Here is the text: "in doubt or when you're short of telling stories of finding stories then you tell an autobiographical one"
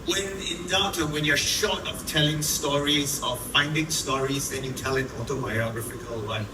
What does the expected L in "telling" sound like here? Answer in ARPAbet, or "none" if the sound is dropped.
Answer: L